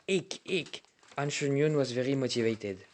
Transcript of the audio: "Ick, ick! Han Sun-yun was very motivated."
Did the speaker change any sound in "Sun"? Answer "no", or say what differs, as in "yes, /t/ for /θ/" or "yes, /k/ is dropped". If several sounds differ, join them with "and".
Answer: yes, /ʃ/ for /s/